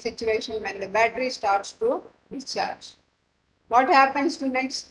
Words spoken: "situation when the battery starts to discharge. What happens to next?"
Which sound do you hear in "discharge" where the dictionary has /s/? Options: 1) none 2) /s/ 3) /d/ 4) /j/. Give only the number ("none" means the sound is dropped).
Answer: 1